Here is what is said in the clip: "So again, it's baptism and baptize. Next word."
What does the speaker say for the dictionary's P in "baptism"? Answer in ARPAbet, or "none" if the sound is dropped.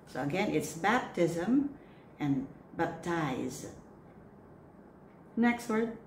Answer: P